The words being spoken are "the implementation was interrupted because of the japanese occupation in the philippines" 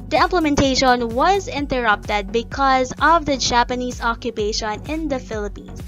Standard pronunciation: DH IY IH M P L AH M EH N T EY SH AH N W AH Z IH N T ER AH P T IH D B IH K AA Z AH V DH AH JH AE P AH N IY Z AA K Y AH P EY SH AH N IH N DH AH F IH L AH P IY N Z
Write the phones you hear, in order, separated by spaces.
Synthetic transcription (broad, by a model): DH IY IH M P L AH M EH N T EY SH AH N W AH Z IH N T ER AH P T IH D B IH K AA Z AH V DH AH JH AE P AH N IY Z AA K Y AH P EY SH AH N IH N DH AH F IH L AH P IY N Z